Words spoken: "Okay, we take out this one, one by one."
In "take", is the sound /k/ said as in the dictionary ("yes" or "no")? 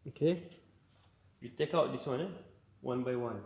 yes